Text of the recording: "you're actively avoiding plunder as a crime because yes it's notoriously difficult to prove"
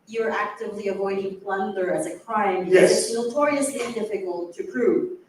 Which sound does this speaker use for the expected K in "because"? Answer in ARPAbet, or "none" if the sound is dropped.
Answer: none